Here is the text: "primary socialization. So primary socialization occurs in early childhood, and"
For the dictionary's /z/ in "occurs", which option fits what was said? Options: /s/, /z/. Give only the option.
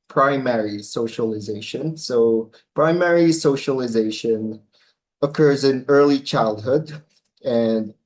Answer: /z/